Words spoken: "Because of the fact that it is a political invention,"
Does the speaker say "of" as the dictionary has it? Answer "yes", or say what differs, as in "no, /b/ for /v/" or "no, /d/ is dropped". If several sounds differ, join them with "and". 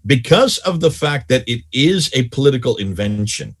yes